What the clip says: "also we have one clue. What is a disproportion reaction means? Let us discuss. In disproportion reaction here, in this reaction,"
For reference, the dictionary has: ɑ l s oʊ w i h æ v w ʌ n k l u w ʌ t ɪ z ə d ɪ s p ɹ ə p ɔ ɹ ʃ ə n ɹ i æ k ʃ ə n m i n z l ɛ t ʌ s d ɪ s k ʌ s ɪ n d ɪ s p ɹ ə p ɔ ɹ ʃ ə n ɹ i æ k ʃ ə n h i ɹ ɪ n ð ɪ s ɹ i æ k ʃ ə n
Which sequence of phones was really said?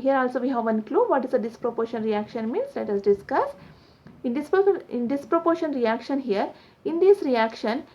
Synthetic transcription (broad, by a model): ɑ l s oʊ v i h æ v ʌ n k l u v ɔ t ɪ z ə d ɪ s p ɹ ə p ɔ ɹ ʃ ə n ɹ i æ k ʃ ə n m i n s l ɛ t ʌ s d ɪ s k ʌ s ɪ n d ɪ s p ɹ ə p ɔ ɹ ʃ ə n ɹ i æ k ʃ ə n h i ɹ ɪ n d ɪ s ɹ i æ k ʃ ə n